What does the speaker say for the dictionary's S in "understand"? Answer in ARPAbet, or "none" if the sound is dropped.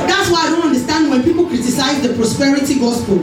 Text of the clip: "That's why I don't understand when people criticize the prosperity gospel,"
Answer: S